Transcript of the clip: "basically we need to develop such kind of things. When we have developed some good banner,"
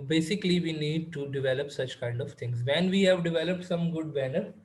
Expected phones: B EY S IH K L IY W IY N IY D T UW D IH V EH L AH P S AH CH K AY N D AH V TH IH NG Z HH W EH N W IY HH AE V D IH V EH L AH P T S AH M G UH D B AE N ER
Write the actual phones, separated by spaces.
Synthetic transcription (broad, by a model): B EY S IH K L IY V IY N IY D T UW D IH V EH L AH P S AH CH K AY N D AH V T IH NG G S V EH N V IY HH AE V D IH V EH L AH P T S AH M G UH D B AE N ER